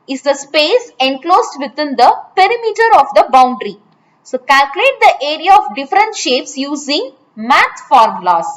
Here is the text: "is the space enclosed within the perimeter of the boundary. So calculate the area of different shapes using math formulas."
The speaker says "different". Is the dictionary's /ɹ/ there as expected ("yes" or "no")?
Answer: yes